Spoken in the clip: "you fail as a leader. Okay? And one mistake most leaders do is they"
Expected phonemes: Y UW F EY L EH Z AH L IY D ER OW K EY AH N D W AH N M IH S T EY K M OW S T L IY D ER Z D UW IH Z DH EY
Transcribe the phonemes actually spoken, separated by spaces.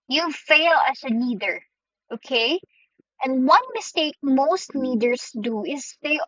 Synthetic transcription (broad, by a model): Y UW F EY L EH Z AH N IY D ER OW K EY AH N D W AH N M IH S T EY K M OW S T N IY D ER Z D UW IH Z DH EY